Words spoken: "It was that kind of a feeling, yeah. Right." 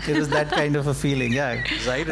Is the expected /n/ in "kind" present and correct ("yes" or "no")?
yes